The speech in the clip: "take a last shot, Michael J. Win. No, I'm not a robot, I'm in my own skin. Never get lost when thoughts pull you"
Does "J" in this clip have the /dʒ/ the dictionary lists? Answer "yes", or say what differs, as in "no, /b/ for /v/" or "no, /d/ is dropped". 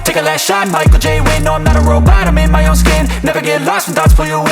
yes